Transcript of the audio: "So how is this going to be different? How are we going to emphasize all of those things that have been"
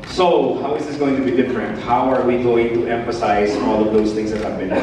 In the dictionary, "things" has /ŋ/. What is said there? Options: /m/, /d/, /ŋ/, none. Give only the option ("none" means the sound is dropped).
/ŋ/